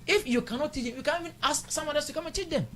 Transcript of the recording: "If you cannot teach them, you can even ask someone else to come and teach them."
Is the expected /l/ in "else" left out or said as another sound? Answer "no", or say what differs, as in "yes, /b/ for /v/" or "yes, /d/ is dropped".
yes, /l/ is dropped